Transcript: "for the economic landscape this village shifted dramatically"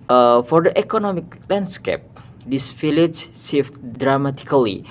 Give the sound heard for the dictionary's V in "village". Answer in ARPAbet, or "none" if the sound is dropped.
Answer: F